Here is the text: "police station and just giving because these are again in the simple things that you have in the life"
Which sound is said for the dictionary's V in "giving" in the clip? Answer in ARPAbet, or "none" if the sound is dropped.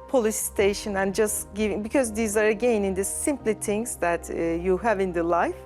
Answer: V